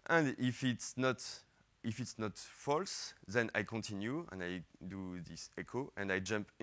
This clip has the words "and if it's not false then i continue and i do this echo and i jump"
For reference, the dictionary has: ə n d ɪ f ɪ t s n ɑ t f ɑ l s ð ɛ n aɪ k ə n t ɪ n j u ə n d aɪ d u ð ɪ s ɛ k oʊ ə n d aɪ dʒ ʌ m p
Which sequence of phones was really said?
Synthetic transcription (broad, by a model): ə n d ɪ f ɪ t s n ɑ t f ɑ l s ð ɛ n aɪ k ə n t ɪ n j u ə n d aɪ d u ð ɪ s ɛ k oʊ ə n d aɪ dʒ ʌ m p